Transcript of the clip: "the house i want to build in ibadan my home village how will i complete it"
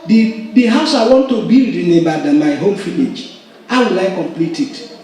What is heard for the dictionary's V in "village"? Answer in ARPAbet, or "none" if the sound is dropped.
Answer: F